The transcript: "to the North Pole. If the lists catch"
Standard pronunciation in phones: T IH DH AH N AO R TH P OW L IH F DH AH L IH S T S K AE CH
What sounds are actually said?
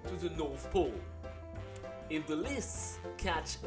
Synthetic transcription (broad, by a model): T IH DH AH N AO R TH P OW L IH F DH AH L IH S T S K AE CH